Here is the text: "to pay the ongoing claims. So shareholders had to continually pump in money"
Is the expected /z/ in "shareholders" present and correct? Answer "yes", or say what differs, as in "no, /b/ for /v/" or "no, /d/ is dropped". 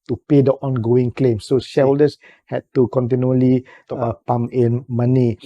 no, /s/ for /z/